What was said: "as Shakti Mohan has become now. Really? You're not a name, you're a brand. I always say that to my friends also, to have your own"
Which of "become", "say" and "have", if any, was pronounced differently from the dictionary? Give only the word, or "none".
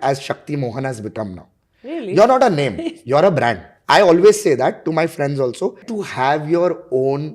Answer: none